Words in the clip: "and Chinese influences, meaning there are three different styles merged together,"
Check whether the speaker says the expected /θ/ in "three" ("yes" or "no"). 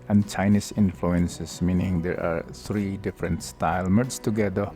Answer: no